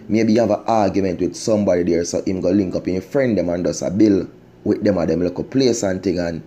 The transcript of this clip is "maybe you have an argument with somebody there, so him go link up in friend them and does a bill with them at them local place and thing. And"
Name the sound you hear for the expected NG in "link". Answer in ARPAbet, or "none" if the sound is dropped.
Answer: NG